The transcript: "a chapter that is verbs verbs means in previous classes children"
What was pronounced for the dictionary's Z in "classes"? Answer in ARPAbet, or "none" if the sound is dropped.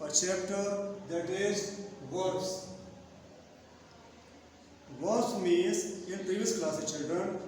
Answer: none